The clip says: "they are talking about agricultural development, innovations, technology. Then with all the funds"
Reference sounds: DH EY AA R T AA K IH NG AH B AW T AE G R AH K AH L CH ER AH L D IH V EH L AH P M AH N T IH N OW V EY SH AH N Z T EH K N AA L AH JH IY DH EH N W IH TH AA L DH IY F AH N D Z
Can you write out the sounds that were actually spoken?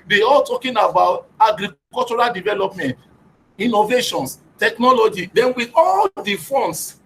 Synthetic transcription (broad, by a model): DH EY AA L T AA K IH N AH B AW T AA G R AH K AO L CH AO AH L D IH V EH L AH P M AH N T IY N OW V EY SH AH N S T EH K N AA L AH JH IY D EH N W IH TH AA L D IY F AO N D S